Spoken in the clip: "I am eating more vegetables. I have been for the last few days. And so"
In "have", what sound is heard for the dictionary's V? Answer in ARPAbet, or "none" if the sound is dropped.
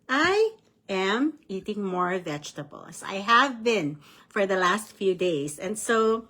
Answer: V